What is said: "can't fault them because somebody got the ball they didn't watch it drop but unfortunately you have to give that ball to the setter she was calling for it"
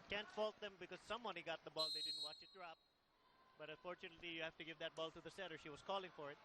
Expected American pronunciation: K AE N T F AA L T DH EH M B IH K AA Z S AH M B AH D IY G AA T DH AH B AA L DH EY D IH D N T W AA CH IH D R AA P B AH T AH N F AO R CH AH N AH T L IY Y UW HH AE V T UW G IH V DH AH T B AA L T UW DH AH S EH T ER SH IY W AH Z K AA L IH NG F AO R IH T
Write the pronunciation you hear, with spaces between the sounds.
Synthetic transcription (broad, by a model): K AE N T F AA L T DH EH M B IH K AA Z S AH M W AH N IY G AA T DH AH B AA L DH EY D IH D N T W AA CH IH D R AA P B AH T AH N F AO R CH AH N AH T L IY Y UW HH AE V T UW G IH V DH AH T B AA L T UW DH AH S EH T ER SH IY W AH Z K AA L IH NG F AO R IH T